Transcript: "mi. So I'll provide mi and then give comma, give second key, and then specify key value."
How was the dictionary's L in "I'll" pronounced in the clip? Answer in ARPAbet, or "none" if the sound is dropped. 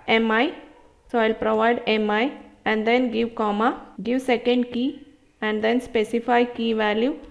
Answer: L